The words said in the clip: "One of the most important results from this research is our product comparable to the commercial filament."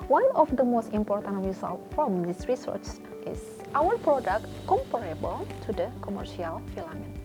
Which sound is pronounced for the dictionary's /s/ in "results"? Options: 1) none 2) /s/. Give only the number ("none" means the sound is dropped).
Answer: 1